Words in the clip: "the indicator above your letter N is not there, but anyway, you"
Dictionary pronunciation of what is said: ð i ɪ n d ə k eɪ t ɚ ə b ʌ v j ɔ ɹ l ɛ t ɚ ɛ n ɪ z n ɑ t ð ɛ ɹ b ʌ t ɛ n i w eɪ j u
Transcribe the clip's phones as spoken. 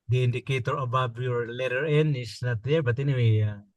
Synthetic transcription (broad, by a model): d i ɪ n d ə k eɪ t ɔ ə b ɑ b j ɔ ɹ l ɛ t ɚ ɛ n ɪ s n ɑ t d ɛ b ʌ t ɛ n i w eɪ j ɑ